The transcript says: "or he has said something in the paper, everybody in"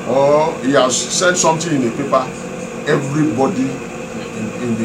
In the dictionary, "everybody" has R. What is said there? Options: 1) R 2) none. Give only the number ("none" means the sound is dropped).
1